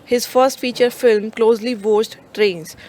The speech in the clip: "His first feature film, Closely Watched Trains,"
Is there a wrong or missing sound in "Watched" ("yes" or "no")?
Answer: yes